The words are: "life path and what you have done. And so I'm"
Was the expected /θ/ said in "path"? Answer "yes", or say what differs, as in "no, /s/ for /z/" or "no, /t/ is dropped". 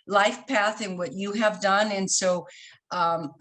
yes